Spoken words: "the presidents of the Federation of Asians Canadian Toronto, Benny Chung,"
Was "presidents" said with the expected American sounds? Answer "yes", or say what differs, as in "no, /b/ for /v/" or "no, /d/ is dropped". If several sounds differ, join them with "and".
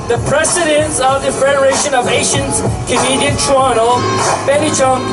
no, /s/ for /z/